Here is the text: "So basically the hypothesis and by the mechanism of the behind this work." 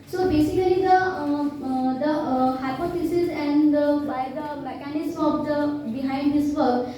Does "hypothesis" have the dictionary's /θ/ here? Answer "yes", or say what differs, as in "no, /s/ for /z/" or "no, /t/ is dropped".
no, /f/ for /θ/